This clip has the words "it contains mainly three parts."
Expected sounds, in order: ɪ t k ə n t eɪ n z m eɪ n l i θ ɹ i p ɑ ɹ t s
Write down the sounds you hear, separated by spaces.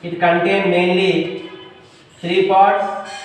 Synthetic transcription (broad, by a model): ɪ t k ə n t eɪ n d m eɪ n l i t ɹ i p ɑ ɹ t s